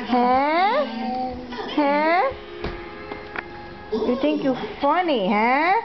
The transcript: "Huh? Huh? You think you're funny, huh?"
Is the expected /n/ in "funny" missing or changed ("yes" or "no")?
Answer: no